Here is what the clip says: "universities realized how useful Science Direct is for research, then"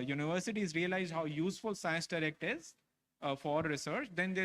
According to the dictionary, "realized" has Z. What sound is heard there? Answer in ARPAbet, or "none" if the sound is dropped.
Z